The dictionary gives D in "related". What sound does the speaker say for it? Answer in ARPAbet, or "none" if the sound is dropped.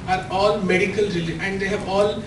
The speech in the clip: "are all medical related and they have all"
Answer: none